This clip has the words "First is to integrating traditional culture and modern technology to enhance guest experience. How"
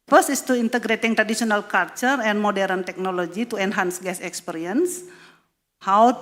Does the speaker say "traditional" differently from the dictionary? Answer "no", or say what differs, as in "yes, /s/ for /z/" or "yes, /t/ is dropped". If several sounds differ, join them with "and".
yes, /s/ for /ʃ/